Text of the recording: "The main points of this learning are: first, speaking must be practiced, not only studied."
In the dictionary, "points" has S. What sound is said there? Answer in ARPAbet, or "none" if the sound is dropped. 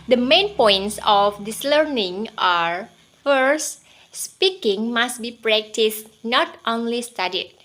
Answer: S